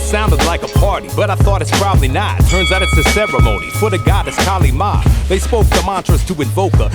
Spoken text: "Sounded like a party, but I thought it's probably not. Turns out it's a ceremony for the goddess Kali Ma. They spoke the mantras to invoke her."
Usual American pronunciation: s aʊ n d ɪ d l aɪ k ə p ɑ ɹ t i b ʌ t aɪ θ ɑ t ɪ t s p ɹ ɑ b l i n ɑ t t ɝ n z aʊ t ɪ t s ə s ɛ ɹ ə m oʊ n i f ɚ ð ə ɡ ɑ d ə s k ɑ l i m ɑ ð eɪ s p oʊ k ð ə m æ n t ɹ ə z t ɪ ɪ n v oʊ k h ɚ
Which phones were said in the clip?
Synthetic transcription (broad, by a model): s aʊ n d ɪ d l aɪ k ə p ɑ ɹ t i b ʌ t aɪ θ ɑ t ɪ t s p ɹ ɑ b l i n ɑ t t ɝ n z aʊ t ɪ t ə s ɛ ɹ ə m oʊ n i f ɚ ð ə ɡ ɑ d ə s k ɑ l i m ɑ ð eɪ s p oʊ k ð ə m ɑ n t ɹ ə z t ɪ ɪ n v oʊ k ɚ